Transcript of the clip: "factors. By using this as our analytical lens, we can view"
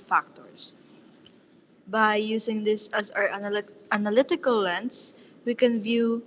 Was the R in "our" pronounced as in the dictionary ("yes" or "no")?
yes